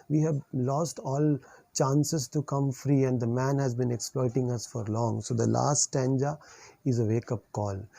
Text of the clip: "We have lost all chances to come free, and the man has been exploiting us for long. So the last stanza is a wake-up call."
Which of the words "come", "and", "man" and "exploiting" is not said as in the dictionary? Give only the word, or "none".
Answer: none